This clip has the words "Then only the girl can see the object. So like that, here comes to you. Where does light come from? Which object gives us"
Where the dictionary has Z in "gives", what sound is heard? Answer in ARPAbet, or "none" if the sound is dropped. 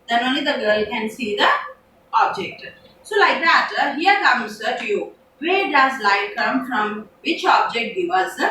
none